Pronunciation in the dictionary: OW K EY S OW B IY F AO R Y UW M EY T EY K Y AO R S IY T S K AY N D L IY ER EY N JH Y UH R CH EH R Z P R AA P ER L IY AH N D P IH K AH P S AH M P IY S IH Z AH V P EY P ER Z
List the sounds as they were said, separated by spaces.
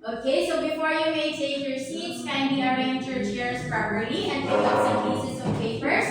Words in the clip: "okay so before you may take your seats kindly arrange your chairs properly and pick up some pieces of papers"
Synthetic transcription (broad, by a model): OW K EY S OW B IY F AO R Y UW M EY S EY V Y AO R S IY T S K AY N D IY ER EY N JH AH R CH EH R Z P R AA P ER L IY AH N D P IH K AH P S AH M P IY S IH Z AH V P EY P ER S